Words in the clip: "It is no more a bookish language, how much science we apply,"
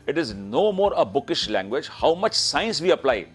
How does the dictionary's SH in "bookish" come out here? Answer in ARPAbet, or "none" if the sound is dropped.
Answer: SH